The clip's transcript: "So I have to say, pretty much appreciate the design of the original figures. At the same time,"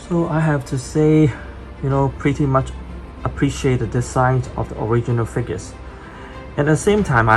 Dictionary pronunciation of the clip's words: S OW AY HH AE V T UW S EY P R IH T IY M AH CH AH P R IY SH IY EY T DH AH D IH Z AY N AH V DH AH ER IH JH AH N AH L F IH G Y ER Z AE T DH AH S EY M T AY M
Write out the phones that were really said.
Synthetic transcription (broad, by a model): S OW AY HH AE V T UW S EY P R IH T IY M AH CH AH P R IY SH IY EY T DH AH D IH S AY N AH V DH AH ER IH JH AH N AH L F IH G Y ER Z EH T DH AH S EY M T AY M